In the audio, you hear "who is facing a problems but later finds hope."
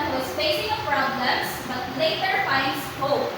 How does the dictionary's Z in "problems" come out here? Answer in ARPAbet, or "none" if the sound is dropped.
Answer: S